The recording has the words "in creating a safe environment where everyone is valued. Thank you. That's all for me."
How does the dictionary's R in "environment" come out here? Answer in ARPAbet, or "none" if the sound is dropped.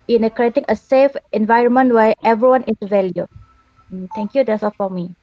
R